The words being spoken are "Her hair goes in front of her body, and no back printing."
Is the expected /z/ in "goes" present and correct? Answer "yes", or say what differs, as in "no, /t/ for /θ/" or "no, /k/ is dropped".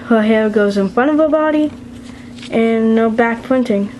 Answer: yes